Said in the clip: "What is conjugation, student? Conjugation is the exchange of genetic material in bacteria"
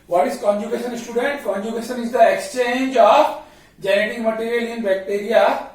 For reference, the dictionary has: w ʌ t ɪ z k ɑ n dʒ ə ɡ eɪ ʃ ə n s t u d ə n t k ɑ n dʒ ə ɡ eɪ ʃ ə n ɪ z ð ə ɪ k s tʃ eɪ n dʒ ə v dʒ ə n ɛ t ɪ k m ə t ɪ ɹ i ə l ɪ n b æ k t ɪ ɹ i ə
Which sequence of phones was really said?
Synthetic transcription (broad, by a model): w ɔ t ɪ z k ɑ n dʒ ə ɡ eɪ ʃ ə n s t u d ə n t k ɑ n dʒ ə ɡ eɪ ʃ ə n ɪ z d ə ɪ k s tʃ eɪ n dʒ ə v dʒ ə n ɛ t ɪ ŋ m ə t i ɹ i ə l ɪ n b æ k t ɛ ɹ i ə